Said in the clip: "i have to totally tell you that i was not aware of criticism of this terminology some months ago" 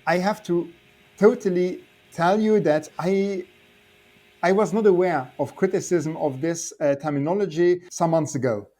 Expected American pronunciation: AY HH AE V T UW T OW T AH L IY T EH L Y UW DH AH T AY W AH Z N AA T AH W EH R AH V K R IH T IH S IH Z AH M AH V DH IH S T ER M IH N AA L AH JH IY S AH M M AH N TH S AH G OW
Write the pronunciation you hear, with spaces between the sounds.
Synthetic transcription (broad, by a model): AY HH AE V T UW T OW T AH L IY T EH L Y UW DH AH T AY W AH Z N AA T AH W EH R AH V K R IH T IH S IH Z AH M AH V DH IH S T ER M IH N AA L AH JH IY S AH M M AH N TH S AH G OW